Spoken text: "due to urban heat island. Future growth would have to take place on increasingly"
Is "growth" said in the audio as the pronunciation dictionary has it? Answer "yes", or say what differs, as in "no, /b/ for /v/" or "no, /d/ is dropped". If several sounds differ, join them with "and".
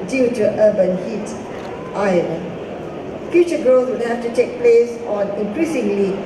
no, /s/ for /θ/